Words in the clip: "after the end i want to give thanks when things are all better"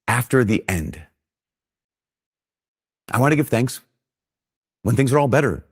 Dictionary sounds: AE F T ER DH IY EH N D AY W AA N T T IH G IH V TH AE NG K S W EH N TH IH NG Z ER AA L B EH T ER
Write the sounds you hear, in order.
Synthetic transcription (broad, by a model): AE F T ER DH IY EH N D AY W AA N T T IH G IH V TH AE NG K S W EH N TH IH NG Z ER AA L B EH T ER